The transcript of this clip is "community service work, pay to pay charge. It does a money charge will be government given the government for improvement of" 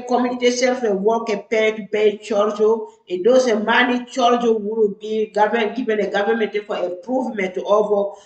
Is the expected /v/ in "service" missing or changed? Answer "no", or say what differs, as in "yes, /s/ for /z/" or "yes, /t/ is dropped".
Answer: yes, /f/ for /v/